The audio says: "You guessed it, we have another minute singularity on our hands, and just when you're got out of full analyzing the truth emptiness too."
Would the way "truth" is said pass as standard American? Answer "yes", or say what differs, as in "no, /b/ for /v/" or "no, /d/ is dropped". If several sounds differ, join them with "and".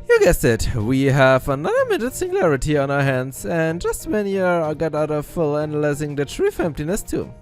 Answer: no, /f/ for /θ/